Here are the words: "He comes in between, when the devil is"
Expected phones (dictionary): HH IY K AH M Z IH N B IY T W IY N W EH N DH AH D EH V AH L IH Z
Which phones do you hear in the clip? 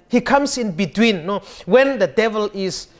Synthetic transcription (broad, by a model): HH IY K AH M S IH N B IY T W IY N W EH N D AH D EH V AH L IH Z